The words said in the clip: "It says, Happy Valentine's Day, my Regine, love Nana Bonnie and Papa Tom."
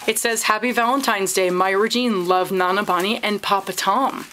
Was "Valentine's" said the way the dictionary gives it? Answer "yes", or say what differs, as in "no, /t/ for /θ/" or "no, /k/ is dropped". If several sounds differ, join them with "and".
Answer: yes